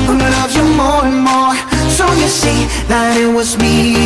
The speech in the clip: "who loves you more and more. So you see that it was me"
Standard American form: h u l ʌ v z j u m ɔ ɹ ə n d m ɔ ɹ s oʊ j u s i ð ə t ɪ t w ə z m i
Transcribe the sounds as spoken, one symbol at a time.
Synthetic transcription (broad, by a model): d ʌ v j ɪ m ɔ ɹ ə n m ɔ ɹ s oʊ j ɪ s i ð ə t ɪ t w ə z m i